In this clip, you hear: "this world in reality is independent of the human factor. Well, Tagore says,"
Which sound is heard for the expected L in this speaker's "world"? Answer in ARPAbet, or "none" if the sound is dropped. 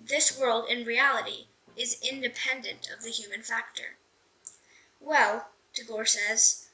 L